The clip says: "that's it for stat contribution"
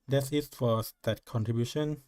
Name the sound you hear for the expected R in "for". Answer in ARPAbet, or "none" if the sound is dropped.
W